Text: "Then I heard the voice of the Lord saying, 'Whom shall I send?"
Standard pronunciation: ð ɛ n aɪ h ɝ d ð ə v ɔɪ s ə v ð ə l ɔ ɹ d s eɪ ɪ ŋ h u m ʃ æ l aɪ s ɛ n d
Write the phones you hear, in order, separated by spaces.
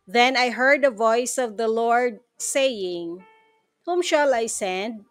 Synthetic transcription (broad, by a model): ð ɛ n aɪ h ɝ d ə v ɔɪ s ə v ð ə l ɔ ɹ d s eɪ ɪ ŋ h u m ʃ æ l aɪ s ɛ n d